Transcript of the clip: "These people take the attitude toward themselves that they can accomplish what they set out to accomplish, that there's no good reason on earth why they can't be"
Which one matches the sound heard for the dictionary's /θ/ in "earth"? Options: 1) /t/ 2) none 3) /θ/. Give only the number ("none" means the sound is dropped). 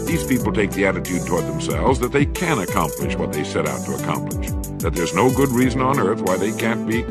3